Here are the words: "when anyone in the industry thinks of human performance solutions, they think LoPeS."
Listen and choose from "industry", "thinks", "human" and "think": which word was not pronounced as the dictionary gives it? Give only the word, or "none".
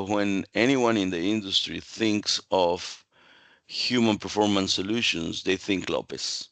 none